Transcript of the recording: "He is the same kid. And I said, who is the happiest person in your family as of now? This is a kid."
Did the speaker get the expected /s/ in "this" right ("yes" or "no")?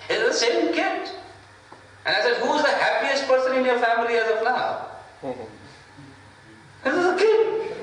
no